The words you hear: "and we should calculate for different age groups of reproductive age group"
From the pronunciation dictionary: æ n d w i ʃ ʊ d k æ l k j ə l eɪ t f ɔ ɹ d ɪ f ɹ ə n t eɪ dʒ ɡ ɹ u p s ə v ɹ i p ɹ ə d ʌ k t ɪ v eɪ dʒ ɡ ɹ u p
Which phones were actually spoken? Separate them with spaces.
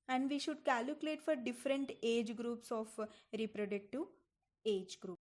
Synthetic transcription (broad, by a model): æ n d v i ʃ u d k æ l k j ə l eɪ t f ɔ ɹ d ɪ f ɹ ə n t eɪ dʒ ɡ ɹ u p s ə f ɹ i p ɹ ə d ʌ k t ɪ eɪ dʒ ɡ ɹ u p